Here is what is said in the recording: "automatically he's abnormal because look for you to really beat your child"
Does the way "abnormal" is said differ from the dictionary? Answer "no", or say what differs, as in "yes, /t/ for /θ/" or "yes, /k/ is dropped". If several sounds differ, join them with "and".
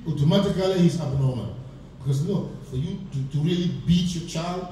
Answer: yes, /n/ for /l/